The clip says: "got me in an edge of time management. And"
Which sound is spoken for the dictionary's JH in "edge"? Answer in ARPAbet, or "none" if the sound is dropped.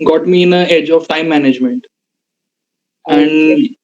JH